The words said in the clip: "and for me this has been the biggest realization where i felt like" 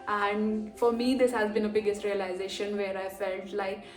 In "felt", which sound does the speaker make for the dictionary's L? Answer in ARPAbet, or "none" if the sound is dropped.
L